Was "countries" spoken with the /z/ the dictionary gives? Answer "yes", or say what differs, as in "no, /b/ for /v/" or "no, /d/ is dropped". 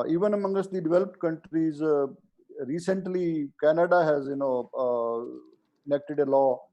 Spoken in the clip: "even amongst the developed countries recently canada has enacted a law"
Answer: yes